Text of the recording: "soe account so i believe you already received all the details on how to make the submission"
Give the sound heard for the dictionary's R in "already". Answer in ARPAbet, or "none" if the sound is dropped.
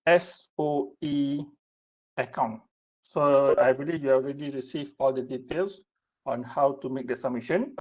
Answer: R